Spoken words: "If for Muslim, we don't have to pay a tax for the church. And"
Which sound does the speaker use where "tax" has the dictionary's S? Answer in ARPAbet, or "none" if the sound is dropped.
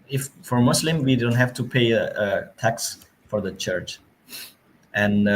S